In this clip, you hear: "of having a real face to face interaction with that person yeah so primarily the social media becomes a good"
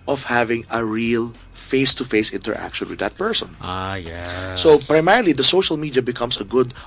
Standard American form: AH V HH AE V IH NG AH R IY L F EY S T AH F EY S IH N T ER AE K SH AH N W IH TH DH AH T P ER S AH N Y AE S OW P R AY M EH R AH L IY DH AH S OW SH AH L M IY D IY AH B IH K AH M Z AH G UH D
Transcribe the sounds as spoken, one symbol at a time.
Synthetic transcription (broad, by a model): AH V HH AE V IH NG AH R IY L F EY S T AH F EY S IH N T ER AE K SH AH N W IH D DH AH T P ER S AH N Y AE S OW P R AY M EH R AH L IY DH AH S OW SH AH L M IY D IY AH B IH K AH M S AH G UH D